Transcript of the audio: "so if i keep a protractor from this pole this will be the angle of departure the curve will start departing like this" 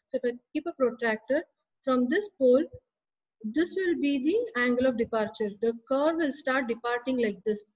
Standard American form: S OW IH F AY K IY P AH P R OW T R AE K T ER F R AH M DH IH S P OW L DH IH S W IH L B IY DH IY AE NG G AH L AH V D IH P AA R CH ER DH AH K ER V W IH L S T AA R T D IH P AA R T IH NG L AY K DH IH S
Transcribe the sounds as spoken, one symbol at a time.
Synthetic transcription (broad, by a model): S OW IH F AY K IY P AH P R OW T R AE K T ER F R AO M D IH S P OW L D IH S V IH L B IY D IY AE NG G AH L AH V D IH P AA R CH ER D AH K ER V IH L S T AA R T D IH P AA R T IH NG L AY K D IH S